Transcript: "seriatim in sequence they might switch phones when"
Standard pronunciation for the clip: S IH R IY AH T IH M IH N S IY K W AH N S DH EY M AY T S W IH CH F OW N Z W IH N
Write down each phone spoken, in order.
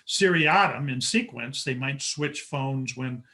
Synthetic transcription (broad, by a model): S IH R IY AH T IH M IH N S IY K W AH N S DH EY M AY T S W IH CH F OW N Z W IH N